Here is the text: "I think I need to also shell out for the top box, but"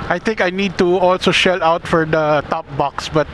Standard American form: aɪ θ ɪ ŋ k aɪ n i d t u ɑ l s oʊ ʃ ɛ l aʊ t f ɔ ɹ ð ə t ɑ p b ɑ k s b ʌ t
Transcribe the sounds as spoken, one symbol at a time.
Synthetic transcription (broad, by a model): aɪ t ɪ ŋ k aɪ n i d t u ɑ l s oʊ ʃ ɛ l aʊ t f ɔ ɹ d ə t ɑ p b ɑ k s b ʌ t